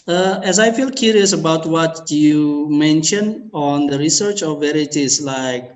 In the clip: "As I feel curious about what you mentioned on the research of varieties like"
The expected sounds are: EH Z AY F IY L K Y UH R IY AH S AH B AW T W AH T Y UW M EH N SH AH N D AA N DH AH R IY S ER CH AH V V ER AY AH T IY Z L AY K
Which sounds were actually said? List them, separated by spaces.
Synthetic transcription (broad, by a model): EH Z AY F IY L K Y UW R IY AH S AH B AW T W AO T Y UW M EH N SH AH N AA N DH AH R IY S ER CH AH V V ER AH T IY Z L AY K